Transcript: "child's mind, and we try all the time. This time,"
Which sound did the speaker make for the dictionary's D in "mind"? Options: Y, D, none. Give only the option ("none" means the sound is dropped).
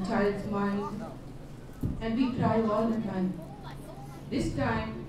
none